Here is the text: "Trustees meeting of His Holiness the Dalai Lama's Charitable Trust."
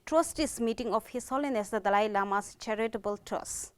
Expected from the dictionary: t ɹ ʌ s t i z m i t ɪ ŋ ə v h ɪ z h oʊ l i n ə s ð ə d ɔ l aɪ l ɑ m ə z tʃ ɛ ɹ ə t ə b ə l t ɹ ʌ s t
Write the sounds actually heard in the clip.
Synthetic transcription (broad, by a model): t ɹ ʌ s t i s m i t ɪ ŋ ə f h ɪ s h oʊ l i n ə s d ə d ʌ l aɪ l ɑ m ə s tʃ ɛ ɹ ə t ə b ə l t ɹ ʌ s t